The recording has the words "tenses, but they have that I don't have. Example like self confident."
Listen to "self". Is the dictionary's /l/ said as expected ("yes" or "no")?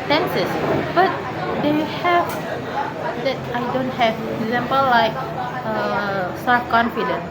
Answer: no